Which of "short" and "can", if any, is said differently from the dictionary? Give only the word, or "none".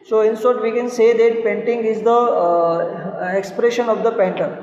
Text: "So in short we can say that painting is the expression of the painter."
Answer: short